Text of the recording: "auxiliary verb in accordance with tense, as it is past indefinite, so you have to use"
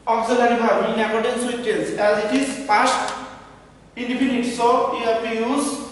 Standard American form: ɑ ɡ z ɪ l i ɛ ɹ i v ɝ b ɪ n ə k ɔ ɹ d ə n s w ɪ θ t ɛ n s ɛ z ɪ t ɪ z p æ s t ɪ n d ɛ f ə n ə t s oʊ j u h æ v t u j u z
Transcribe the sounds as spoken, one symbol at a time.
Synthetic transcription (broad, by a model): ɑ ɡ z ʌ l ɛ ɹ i b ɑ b ɪ n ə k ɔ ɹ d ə n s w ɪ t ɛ l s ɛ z ɪ t ɪ z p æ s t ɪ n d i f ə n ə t s oʊ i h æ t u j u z